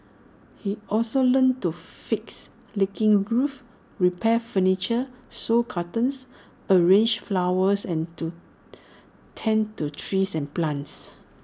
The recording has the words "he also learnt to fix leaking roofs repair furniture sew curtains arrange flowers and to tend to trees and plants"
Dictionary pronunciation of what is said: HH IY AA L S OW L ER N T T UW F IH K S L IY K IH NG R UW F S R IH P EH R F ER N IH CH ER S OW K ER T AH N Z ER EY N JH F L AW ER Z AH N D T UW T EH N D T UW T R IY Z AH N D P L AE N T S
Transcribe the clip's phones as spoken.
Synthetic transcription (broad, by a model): HH IY AA L S OW L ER N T T UW F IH K S L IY K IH NG R UW F R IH P EH F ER N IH CH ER S OW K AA T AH N S ER EY N JH F L AW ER S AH N T UW T EH N T UW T R IY S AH N P L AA N T S